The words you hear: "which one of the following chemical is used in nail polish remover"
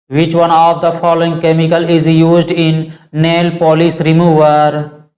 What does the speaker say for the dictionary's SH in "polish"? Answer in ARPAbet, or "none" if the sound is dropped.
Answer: S